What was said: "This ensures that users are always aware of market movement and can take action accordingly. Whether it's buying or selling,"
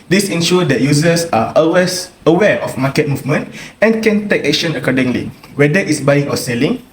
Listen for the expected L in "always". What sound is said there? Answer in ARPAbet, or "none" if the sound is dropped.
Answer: none